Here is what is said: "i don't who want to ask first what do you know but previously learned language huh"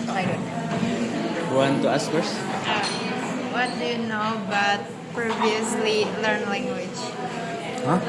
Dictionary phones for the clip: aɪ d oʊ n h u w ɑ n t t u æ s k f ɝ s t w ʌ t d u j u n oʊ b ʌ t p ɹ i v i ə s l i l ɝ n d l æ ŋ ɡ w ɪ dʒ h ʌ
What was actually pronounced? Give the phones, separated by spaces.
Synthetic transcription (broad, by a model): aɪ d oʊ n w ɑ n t t u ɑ s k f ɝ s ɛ w ʌ t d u j u n oʊ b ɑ t p ɹ i v i ə s l i l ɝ n l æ ŋ ɡ w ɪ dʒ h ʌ